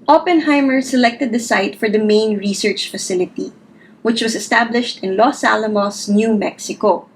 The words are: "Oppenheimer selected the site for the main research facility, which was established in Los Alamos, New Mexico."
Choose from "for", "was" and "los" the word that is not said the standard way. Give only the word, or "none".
was